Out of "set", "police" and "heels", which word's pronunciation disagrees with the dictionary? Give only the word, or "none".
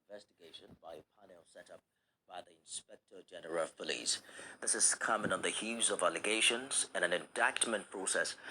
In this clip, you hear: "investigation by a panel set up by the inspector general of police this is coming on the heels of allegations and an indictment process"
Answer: heels